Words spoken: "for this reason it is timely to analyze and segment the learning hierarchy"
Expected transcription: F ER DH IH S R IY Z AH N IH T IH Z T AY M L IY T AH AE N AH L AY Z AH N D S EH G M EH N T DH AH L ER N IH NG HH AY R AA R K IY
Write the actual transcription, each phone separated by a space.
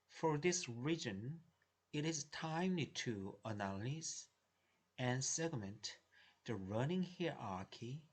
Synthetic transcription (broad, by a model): F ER DH IH S R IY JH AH N IH T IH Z T AY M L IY T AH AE L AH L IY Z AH N S EH G M EH N T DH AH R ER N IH NG HH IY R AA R K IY